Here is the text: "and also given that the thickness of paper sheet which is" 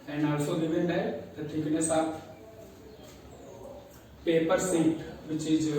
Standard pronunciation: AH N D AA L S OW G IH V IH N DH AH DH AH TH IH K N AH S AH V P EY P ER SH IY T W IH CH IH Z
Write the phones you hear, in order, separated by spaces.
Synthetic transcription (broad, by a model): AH N AA L S OW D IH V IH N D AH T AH T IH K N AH S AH P EY P ER S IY T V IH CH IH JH